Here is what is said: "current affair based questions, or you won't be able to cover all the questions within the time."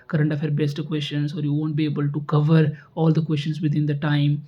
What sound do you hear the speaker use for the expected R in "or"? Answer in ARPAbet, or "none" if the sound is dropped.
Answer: R